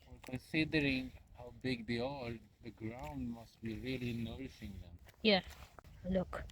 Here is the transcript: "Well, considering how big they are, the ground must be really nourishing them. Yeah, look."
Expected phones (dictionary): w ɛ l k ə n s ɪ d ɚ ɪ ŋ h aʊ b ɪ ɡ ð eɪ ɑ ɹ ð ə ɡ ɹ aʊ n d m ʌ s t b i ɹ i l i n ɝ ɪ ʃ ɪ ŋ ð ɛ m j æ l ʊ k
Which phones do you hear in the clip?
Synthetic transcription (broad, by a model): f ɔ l k ə n s ɪ d ɚ ɪ ŋ h aʊ b ɪ ɡ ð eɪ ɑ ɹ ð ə ɡ ɹ aʊ n d m ʌ s t b i ɹ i l i n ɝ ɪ s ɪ ŋ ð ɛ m j æ l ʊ k